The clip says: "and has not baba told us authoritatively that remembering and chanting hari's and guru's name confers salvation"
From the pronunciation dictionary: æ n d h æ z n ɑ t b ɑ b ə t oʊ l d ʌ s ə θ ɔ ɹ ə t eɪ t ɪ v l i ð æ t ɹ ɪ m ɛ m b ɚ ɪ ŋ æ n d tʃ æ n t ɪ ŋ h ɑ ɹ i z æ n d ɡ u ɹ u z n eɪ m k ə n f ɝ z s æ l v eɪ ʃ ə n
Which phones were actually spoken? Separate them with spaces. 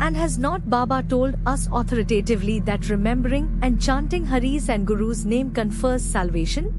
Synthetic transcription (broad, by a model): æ n d h æ z n ɑ t b ɑ b ə t oʊ l d ʌ s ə t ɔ ɹ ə t eɪ t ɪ v l i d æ t ɹ ɪ m ɛ m b ɚ ɪ ŋ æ n d tʃ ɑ n t ɪ ŋ h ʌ ɹ i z æ n d ɡ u ɹ u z n eɪ m k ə n f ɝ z s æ l v eɪ ʃ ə n